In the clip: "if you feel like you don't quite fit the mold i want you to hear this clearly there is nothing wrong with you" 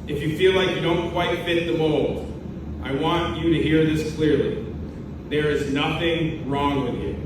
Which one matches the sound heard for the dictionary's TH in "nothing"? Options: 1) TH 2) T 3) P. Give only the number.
1